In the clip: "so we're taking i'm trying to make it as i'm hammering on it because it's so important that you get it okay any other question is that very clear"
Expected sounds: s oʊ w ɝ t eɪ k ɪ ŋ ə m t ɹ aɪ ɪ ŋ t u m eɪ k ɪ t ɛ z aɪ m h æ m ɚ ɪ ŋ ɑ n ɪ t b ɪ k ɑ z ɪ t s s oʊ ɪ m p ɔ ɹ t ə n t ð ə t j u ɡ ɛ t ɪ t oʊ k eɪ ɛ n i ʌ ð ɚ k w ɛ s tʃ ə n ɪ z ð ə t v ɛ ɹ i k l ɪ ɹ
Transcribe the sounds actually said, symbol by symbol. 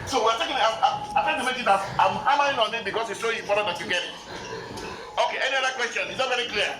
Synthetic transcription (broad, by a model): s oʊ w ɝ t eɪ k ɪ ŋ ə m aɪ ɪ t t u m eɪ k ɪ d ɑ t aɪ m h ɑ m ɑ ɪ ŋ ɑ n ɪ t b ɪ k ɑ s ɪ t s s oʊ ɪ m p ɔ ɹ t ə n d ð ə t j u ɡ ɛ t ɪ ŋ oʊ k eɪ ɛ n i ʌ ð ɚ k w ɛ s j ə n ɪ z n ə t v ɛ ɹ i k l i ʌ